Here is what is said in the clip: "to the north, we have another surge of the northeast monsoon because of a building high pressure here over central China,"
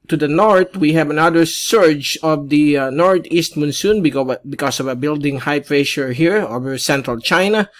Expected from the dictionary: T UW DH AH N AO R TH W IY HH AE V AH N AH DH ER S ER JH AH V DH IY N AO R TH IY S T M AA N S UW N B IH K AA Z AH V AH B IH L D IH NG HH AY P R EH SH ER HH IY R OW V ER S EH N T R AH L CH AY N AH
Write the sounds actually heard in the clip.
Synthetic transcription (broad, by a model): T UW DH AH N AO R T W IY HH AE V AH N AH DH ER S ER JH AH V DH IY N AO R T IY S T M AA N S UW N B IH K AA S AH V AH B IH L D IH NG HH AY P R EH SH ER HH IY R OW V ER S EH N T R AH L CH AY N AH